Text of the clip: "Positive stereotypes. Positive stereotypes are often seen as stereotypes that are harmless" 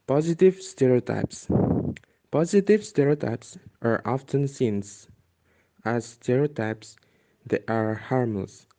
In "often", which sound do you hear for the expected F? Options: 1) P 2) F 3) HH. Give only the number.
2